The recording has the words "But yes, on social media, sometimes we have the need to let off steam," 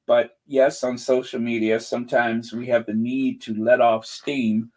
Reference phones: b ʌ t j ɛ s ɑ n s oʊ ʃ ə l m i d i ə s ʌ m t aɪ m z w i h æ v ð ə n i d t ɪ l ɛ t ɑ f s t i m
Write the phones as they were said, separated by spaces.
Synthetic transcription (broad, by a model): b ʌ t j ɛ s n s oʊ ʃ l m i d i ə s ʌ m t aɪ m z w i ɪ v ð ə n i d t ɪ l ɛ t ɑ f s t i m